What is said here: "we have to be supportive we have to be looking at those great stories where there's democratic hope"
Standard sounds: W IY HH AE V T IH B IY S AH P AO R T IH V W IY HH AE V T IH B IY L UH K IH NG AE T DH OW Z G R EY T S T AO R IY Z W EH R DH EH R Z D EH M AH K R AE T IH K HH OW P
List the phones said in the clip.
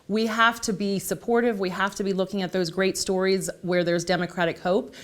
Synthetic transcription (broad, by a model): W IY HH AE F T IH B IY S AH P AO R T IH V W IY HH AE F T IH B IY L UH K IH NG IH T DH OW Z G R EY T S T AO R IY Z W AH R DH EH R Z D EH M AH K R AE T IH K HH OW P